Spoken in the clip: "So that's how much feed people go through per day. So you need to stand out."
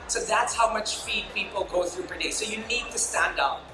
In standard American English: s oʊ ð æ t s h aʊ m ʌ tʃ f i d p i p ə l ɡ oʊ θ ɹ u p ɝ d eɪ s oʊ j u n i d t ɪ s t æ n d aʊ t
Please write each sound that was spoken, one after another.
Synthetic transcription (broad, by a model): s oʊ ð æ t s h aʊ m ʌ tʃ f i d p i p l ɡ oʊ θ ɹ u p ɝ d eɪ s oʊ j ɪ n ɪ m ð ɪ s t æ n d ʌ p